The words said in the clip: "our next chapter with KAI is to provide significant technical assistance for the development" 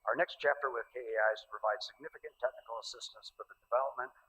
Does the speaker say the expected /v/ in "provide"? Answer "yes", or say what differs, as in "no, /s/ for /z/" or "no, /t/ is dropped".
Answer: yes